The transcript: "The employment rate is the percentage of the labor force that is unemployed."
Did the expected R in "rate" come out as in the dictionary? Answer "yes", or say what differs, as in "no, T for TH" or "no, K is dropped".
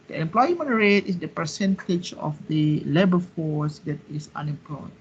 yes